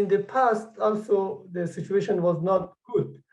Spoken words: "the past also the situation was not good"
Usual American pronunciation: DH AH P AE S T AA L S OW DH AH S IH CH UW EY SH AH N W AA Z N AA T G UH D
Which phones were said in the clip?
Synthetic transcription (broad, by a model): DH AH P AE S T AA L S OW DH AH S IH CH UW EY SH AH N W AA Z N AA T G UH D